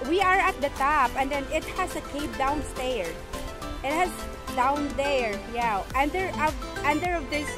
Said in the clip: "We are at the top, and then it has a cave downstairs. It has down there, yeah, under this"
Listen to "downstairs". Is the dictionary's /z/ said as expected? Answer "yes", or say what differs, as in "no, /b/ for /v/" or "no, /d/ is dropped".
no, /z/ is dropped